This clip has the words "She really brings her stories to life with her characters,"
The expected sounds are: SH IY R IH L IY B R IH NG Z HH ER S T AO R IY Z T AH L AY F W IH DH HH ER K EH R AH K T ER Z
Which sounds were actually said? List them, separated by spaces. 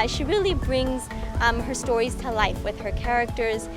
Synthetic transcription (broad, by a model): SH IY R IH L IY B R IH NG Z HH ER S T AO R IY Z T AH L AY F W IH DH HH ER K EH R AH K T ER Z